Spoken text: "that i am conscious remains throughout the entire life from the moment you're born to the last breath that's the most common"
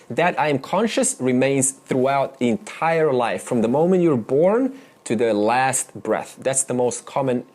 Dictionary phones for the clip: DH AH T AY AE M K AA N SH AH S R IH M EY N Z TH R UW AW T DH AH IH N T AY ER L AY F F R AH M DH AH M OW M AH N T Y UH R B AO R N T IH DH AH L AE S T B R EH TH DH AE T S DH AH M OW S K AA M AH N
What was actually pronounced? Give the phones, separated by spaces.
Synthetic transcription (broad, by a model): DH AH T AY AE M K AA N SH AH S R IH M EY N Z TH R UW AW T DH IH N T AY ER L AY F F R AH M DH AH M OW M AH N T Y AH R B AO R N T IH DH AH L AE S T B R EH TH DH AE T S DH AH M OW S K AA M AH N